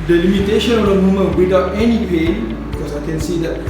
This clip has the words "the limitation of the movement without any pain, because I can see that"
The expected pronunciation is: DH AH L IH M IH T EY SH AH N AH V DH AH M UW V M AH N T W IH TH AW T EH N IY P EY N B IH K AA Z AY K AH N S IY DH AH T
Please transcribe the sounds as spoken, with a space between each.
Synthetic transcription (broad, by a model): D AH L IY M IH T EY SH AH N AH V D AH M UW M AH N W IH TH AW T EH N IY P EY N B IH K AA S AY K AH N S IY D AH T